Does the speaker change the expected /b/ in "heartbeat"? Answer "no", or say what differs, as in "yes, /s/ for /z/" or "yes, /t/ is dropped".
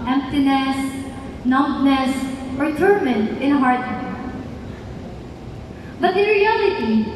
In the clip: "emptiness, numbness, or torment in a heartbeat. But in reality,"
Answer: yes, /b/ is dropped